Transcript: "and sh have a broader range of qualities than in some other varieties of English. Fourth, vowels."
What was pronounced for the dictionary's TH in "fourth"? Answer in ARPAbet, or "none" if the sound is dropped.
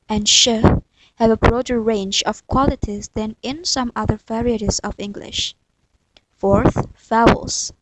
TH